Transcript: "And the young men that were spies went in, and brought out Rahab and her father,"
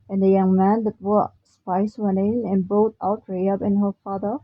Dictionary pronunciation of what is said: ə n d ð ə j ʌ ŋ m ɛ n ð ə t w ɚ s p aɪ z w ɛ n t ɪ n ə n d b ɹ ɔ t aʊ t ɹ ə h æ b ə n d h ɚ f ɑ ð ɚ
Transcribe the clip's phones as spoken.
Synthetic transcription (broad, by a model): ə n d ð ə j ʌ ŋ m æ n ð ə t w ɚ s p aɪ s w ɛ n t ɪ n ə n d b ɔ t aʊ t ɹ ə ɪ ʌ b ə n h ɚ f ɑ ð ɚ